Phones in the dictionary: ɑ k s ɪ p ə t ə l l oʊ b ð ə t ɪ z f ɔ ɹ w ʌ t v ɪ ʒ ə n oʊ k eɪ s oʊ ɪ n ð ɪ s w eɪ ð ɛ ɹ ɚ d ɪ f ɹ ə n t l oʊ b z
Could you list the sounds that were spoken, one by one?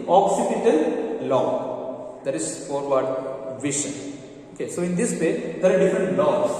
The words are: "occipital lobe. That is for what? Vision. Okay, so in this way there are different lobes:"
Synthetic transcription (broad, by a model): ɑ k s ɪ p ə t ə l l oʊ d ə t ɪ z f ɔ ɹ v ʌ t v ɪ ʃ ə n oʊ k eɪ s oʊ ɪ n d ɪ s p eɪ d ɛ ɹ d ɪ f ɹ ə n t l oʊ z